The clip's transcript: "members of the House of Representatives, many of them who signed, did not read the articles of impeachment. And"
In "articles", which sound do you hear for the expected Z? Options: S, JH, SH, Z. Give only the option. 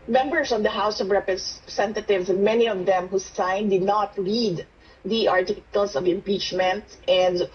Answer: S